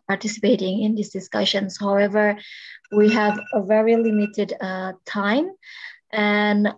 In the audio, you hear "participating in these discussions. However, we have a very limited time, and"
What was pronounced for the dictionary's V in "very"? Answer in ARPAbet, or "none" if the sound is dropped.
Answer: V